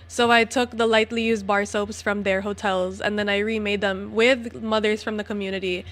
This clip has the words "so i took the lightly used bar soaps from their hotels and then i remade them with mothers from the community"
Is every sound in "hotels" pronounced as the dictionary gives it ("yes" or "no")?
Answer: yes